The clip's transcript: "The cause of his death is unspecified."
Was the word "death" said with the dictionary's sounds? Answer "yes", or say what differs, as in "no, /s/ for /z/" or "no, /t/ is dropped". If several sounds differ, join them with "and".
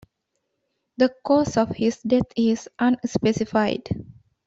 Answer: no, /t/ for /θ/